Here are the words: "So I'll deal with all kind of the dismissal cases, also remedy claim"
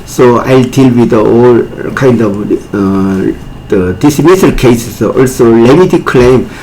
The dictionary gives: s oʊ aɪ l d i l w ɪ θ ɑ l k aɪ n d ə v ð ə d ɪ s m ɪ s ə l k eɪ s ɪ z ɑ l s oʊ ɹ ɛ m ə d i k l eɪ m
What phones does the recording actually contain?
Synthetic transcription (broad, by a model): s oʊ aɪ l d i l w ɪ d ɑ l k aɪ n d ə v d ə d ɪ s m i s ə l k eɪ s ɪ s ɑ l s oʊ l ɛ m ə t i k l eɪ m